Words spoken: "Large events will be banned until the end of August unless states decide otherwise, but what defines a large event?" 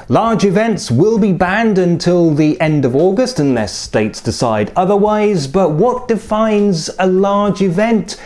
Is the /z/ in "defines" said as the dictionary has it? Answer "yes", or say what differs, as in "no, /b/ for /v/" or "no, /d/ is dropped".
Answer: yes